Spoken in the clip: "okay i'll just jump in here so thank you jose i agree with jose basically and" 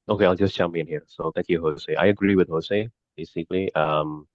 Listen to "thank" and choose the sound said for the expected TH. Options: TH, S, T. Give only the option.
T